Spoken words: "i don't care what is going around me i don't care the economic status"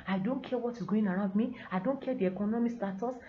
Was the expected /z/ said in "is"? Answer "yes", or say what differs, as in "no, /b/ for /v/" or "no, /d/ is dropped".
no, /s/ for /z/